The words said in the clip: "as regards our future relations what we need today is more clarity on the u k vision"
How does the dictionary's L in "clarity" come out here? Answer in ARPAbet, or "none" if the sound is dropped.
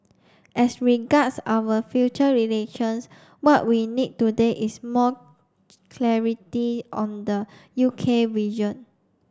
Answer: L